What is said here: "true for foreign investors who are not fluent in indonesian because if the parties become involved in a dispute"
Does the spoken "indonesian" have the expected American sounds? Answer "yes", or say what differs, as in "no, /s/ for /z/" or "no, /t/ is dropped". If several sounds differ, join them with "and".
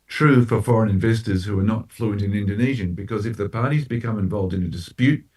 yes